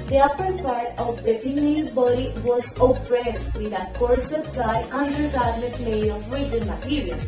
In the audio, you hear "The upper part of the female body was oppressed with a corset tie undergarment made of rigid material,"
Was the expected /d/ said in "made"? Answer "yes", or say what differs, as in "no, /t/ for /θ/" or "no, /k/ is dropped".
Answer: no, /d/ is dropped